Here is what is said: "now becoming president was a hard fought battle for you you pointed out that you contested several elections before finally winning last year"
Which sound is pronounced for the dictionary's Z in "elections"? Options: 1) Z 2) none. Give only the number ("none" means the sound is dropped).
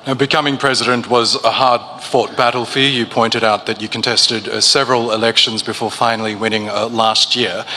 1